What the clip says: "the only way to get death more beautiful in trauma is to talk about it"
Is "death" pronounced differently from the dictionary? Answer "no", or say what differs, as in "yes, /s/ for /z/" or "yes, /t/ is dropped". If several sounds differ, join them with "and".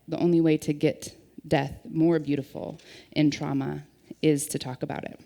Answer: no